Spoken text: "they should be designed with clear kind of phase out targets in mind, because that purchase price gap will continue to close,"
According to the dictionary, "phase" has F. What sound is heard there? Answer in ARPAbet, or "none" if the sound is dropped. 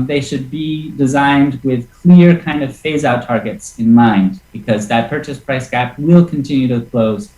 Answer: F